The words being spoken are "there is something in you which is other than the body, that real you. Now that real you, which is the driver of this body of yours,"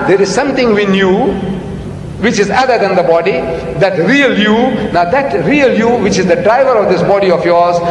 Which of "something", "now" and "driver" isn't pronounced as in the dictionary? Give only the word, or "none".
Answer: something